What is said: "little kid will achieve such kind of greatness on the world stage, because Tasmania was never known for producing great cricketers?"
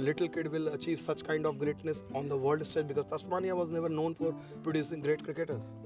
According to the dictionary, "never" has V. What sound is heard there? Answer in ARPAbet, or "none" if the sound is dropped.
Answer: V